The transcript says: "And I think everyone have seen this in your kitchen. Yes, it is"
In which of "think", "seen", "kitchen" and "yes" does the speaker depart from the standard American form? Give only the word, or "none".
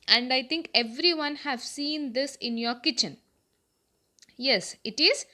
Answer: think